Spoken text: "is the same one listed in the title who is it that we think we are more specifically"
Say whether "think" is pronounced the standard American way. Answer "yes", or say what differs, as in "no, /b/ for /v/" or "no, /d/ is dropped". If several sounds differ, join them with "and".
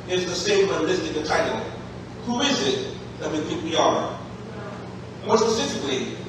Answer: no, /ŋ/ is dropped